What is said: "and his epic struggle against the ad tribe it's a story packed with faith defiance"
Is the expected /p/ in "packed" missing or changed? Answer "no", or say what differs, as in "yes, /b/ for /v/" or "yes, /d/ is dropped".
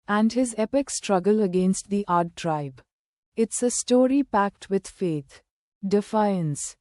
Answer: no